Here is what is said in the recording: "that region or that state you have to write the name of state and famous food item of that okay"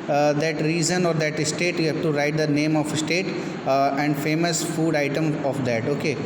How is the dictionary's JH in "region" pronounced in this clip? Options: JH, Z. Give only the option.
Z